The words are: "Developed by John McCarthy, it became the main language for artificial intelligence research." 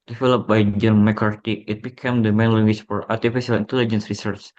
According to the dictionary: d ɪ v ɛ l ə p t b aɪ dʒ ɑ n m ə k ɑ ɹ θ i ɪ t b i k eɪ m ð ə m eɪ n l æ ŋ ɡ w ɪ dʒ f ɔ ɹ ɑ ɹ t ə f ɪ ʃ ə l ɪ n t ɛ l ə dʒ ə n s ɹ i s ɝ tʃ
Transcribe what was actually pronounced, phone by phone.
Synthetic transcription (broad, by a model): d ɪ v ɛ l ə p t b aɪ dʒ ɑ n m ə k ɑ ɹ t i ɪ t b i k eɪ m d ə m eɪ n l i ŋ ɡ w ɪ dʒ f ɔ ɹ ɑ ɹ t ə f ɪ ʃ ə l ɪ n t ɛ l ə dʒ ə n s ɹ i s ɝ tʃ